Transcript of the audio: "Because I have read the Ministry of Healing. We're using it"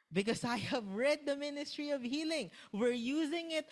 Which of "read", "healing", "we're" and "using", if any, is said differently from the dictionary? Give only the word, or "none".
none